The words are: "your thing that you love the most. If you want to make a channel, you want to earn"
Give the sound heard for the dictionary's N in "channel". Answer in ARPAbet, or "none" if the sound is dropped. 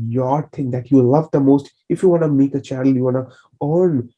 none